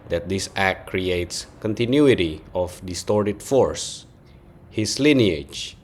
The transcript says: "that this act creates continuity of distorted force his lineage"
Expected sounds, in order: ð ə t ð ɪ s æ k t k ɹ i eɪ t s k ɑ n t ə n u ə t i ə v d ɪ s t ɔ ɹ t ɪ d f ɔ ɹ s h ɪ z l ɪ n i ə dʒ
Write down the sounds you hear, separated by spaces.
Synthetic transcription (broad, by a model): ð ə t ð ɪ s æ k t k ɹ i eɪ t s k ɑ n t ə n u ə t i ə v d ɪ s t ɔ ɹ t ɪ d f ɔ ɹ s h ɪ s l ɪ n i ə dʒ